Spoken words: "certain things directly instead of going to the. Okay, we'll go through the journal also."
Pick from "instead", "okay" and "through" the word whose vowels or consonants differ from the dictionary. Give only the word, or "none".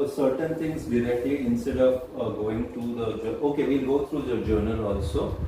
through